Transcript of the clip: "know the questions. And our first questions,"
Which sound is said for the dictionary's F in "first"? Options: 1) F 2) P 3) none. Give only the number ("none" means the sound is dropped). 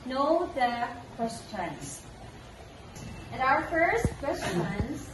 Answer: 1